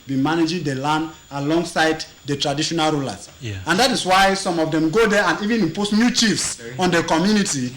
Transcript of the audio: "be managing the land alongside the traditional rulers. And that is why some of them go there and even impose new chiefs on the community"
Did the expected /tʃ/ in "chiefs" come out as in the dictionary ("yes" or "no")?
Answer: yes